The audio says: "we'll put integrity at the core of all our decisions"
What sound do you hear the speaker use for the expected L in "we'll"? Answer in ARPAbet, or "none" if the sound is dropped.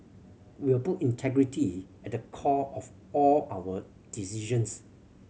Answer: W